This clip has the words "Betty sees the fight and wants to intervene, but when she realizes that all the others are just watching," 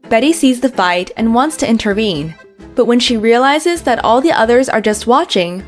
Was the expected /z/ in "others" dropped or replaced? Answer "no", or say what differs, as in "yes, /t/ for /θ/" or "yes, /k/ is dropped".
no